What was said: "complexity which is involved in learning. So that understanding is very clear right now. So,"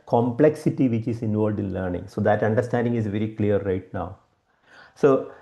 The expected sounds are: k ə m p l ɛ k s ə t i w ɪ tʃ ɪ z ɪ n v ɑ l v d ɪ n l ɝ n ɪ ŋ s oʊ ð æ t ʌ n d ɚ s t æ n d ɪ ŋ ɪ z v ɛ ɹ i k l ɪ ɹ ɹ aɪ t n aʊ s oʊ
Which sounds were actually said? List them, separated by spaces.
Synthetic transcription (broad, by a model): k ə m p l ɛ k s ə t i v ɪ tʃ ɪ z ɪ n v ɑ l v d ɪ n l ɝ n ɪ ŋ s oʊ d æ t ʌ n d ɚ s t æ n d ɪ ŋ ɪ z v ɛ ɹ i k l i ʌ ɹ aɪ t n aʊ s oʊ